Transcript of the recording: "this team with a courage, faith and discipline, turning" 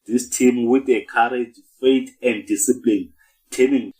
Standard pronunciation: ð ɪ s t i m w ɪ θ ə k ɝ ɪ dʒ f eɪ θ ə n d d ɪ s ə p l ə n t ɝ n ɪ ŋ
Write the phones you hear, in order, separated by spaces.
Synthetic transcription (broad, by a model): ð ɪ s t i m w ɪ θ ə k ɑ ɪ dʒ f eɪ t ə n d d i s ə p l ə n t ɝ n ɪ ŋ